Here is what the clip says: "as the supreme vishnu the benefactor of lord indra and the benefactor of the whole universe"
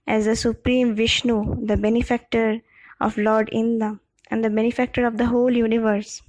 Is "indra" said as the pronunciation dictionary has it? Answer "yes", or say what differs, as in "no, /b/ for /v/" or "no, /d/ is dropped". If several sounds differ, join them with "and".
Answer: no, /ɹ/ is dropped